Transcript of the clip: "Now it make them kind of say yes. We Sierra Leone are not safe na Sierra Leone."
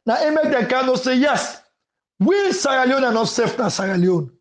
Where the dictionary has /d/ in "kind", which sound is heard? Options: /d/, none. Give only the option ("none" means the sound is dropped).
none